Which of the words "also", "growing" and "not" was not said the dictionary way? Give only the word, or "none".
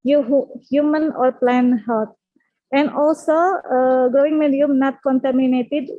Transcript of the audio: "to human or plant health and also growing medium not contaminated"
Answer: none